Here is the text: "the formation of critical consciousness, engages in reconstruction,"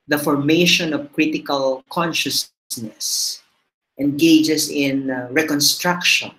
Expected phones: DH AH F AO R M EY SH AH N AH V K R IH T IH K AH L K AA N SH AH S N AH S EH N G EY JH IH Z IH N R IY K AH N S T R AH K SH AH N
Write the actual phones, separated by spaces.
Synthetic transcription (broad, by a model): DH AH F AO R M EY SH AH N AH V K R IH T IH K AH L K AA N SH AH S N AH S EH N G EY JH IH S IH N R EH K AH N S T R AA K SH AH N